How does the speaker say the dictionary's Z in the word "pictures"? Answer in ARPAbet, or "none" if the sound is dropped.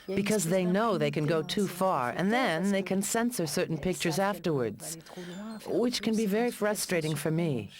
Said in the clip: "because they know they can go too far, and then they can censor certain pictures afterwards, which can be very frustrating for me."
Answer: Z